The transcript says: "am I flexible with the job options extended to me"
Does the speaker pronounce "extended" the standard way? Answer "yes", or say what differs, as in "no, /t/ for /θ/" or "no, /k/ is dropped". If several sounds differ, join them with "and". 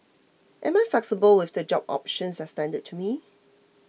no, /k/ is dropped